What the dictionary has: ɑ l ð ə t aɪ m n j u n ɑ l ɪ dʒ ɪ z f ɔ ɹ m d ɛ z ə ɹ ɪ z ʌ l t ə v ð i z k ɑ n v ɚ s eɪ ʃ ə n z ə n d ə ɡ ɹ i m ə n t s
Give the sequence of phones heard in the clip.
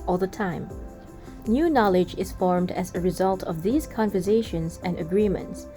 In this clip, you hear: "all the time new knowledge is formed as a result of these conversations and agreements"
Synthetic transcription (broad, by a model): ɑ l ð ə t aɪ m n j u n ɑ l ɪ dʒ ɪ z f ɔ ɹ m d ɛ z ə ɹ ɪ z ʌ l t ə v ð i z k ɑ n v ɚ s eɪ ʃ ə n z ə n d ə ɡ ɹ i m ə n t s